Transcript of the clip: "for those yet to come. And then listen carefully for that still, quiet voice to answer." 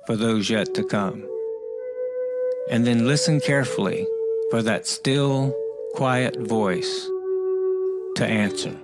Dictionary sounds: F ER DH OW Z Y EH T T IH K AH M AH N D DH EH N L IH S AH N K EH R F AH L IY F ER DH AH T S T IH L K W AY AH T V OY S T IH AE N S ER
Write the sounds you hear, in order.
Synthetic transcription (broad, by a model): F ER DH OW Z Y EH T T IH K AH M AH N DH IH N L IH S AH N K EH R F L IY F ER DH AH T S T IH L K W AY AH T V OY S T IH AE N S ER